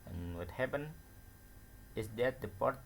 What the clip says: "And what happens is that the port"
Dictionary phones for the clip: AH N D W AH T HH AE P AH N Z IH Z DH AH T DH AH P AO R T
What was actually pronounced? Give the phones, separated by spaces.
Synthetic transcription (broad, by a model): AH N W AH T HH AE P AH N IH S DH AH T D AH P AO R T